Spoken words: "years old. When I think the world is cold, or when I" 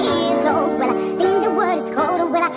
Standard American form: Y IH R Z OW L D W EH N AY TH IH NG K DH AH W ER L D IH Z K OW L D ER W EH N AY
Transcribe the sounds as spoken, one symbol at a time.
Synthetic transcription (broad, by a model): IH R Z OW L D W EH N AY TH IH NG K DH AH W ER D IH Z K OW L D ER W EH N AY